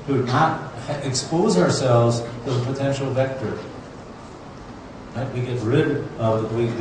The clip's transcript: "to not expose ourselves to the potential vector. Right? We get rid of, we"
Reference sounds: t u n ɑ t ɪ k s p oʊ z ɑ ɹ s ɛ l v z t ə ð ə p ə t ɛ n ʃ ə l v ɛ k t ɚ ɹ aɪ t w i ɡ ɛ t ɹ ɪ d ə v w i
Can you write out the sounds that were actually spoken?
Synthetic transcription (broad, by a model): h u n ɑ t ɪ k s p oʊ z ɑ ɹ s ɛ l v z t ə ð ə p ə t ɛ n ʃ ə l v ɛ k t ɚ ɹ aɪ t w i ɡ ɛ t ɹ ɪ d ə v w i